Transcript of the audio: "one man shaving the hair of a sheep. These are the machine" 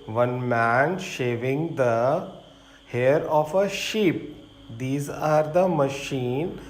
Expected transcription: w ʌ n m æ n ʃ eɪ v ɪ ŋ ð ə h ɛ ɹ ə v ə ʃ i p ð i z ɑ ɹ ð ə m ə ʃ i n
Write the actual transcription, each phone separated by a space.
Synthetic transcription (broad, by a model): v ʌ n m æ n ʃ eɪ v ɪ ŋ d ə h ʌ ɹ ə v ə ʃ i p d i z ɑ ɹ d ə m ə ʃ i n